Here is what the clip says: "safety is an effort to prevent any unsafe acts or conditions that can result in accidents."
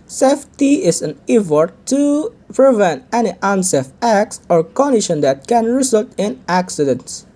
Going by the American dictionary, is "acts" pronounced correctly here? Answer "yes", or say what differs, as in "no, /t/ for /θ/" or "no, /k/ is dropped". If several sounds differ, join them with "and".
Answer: yes